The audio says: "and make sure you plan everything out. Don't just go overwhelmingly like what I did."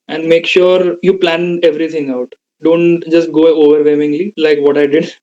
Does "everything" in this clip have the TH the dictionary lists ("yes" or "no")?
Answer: no